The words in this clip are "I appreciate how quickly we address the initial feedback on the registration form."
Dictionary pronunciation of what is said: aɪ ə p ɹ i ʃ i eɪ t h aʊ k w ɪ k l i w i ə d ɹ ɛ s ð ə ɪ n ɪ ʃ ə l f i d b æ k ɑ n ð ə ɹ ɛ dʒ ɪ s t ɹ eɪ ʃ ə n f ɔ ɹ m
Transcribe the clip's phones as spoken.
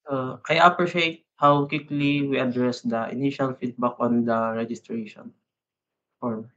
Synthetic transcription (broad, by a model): aɪ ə p ɹ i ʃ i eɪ t h aʊ k w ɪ k l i w i ə d ɹ ɛ s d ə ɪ n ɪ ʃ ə l f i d b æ k ɑ n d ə ɹ ɛ dʒ ɪ s t ɹ eɪ ʃ ə n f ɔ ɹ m